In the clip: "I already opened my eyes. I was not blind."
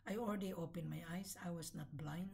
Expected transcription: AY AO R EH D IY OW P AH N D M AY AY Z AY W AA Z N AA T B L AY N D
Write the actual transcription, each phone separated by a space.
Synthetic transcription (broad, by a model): AY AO L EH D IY OW P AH N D M AY AY S AY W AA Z N AA T B L AY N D